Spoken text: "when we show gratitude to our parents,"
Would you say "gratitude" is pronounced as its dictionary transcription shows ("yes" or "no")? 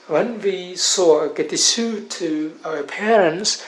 no